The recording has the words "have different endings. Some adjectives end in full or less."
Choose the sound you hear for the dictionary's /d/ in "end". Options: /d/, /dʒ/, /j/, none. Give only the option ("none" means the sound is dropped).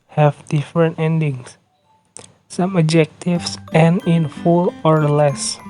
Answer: none